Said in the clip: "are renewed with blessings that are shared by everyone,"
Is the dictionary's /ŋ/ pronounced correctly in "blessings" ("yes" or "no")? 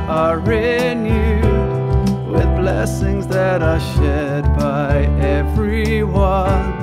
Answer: yes